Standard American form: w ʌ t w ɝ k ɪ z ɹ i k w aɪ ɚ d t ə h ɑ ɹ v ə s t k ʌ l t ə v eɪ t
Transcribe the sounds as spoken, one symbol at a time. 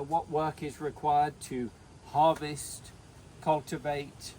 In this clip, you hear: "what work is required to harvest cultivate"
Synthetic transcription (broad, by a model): w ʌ t w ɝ k ɪ z ɹ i k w aɪ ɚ d t ə h ɑ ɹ v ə s t k ʌ l t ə v eɪ t